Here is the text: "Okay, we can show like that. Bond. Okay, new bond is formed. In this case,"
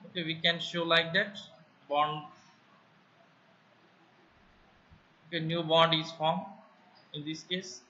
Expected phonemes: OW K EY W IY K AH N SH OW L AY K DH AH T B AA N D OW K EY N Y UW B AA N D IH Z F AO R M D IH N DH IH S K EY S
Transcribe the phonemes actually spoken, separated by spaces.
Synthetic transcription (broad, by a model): OW K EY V IY K AH N SH OW L AY K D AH T B AA N D OW K EY N Y UW B AA N D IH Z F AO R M IH N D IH S K EY S